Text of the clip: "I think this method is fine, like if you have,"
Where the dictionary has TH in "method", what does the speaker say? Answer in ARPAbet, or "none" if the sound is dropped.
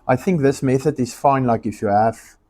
TH